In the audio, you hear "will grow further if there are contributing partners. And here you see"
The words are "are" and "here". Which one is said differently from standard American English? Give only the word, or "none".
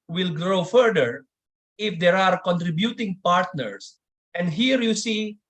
none